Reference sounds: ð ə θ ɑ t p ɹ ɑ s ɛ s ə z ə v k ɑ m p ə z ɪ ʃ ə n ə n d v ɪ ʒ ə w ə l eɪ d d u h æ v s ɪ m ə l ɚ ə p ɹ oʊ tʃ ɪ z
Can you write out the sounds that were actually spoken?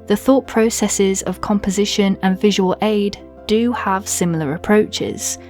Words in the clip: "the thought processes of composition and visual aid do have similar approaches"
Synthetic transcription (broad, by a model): ð ə θ ɑ t p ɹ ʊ s ɛ s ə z ə v k ɑ m p ə z ɪ ʃ ə n ə n v ɪ ʒ ə w ə l eɪ d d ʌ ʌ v s ɪ m l ɚ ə p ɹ oʊ tʃ ɪ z